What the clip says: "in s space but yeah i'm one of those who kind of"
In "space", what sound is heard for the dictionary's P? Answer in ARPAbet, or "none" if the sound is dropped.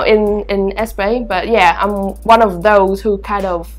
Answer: B